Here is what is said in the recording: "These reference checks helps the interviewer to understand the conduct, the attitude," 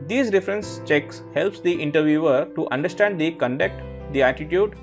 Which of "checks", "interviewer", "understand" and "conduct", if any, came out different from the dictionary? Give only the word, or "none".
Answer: none